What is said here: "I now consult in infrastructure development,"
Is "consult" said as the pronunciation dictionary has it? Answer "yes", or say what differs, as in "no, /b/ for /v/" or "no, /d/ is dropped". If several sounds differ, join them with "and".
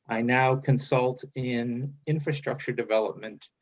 yes